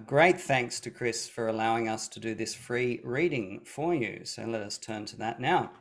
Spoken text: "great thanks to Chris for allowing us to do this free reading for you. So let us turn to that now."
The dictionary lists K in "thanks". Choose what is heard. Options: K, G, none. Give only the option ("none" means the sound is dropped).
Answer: K